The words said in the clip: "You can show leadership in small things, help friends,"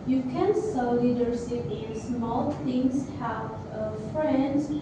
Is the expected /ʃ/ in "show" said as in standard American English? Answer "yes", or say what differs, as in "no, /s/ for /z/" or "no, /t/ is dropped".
no, /s/ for /ʃ/